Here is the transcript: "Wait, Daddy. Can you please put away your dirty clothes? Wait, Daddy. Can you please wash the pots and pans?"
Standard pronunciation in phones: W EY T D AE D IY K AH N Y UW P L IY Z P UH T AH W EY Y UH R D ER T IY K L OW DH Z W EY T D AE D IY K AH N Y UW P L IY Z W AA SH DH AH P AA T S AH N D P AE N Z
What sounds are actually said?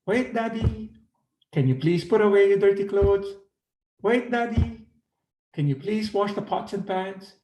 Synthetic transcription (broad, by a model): W EY T D AE D IY K AH N Y UW P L IY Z P UH T AH W EY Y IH D ER T IY K L OW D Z W EY T D AE D IY K AH N Y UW P L IY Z W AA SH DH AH P AA T S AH N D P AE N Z